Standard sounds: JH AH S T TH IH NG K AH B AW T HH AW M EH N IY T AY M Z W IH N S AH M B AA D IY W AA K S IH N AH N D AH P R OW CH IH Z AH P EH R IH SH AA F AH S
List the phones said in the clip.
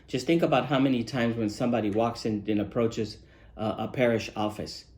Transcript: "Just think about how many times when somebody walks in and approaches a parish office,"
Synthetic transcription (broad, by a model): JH AH S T TH IH NG K AH B AW T HH AW M EH N IY T AY M Z W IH N S AH M B AA D IY W AA K S IH N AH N AH P R OW CH IH Z AH P EH R IH SH AA F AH S